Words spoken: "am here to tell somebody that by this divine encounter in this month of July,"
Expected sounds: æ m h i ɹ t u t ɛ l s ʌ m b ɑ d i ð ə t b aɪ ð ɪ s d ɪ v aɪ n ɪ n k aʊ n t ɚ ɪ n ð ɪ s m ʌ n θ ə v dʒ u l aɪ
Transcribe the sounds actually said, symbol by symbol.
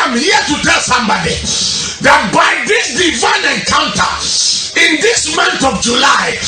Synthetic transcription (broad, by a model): m h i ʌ t u t ɛ l s ʌ m b ɑ d i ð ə t b aɪ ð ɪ s d ɪ v aɪ n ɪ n k aʊ n t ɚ ɪ n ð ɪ s m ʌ n t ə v dʒ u l aɪ